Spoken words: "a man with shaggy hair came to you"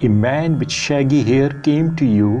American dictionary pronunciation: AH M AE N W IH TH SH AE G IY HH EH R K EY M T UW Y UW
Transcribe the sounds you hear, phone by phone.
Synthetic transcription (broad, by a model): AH M AE N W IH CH SH AE G IY HH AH R K EY M T UW Y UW